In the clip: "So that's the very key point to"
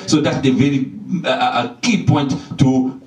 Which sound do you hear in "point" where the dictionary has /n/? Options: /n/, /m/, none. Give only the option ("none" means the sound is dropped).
/n/